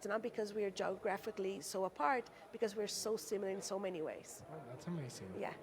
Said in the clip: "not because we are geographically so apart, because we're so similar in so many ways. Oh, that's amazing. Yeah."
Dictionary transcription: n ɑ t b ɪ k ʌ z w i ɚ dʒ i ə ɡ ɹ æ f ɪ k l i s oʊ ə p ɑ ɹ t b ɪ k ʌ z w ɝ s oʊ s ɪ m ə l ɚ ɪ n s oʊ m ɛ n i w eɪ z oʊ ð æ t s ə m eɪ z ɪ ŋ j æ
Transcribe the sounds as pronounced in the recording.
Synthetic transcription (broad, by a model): n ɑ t b ɪ k ʌ z w i ɚ dʒ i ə ɡ ɹ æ f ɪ k l i s oʊ ə p ɑ ɹ t b ɪ k ʌ z w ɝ s oʊ s ɪ m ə l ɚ ɪ n s oʊ m ɛ n i w eɪ z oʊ ð æ t s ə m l s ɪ j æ